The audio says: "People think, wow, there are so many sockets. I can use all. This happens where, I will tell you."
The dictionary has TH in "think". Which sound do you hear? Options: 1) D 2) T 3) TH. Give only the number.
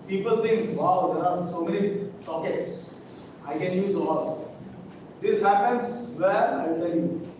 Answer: 2